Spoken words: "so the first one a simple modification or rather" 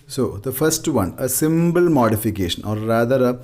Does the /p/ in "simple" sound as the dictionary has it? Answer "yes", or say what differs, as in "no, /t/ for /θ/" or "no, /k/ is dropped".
no, /b/ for /p/